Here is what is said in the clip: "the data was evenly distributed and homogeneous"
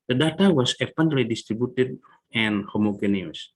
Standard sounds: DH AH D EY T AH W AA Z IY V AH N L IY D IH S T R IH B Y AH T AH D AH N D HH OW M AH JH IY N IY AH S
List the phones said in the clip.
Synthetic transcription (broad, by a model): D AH D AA T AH W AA S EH P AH N L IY D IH S T R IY B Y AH T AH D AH N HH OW M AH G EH N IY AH S